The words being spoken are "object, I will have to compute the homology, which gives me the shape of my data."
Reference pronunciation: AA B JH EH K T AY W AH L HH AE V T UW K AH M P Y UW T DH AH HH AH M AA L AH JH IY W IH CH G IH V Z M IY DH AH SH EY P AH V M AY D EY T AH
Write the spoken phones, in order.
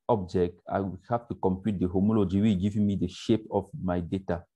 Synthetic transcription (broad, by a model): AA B JH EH K T AY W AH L HH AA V T UW K AH M P Y UW T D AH HH AH M AA L AH JH IY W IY G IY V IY M IY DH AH SH EY P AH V M AY D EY T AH